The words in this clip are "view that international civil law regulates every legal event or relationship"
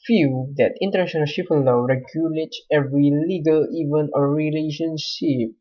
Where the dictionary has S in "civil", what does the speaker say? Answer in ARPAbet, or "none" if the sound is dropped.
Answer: SH